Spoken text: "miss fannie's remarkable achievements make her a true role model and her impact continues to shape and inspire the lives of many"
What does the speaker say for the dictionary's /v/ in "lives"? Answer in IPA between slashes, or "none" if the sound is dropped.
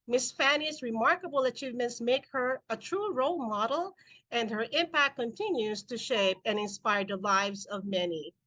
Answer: /v/